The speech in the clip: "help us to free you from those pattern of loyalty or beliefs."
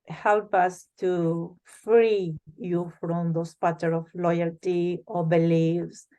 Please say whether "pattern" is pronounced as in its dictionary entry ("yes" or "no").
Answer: no